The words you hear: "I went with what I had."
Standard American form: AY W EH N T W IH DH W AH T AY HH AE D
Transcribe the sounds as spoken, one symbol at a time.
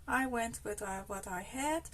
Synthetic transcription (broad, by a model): AY W EH N T W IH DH W AH T AY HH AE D